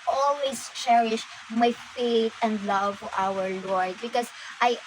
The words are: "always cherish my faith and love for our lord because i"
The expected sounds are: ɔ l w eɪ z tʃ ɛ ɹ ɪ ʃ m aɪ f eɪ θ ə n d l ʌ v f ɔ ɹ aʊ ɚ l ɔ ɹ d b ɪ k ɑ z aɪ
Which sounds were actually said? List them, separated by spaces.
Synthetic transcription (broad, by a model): ɔ l w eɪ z tʃ ɛ ɹ ɪ ʃ m aɪ f eɪ t ə n d l ʌ v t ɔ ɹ aʊ ɚ l ɔ ɹ d b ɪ k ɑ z aɪ